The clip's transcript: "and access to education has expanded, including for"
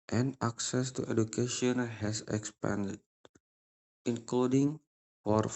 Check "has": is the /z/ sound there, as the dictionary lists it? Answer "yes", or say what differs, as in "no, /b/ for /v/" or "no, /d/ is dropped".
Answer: no, /s/ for /z/